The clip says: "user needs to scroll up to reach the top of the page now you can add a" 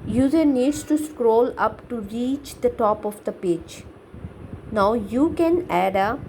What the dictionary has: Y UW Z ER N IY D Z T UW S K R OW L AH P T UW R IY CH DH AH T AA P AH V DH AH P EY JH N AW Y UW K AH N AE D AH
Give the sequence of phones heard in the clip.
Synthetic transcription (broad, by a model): Y UW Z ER N IY D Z T UW S K R OW L AH P T UW R IY CH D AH T AA P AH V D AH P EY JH N AW Y UW K AH N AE D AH